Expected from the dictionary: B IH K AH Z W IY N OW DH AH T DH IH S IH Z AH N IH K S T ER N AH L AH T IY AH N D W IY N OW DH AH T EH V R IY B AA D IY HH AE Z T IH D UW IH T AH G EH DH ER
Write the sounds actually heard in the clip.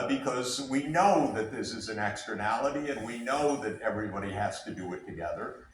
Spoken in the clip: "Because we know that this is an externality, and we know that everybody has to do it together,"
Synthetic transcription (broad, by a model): B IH K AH Z W IY N OW DH AH T DH IH S IH Z AH N IH K S T ER N AH L AH T IY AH N W IY N OW DH AH T EH V R IY B AA D IY HH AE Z T IH D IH IH T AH G EH DH ER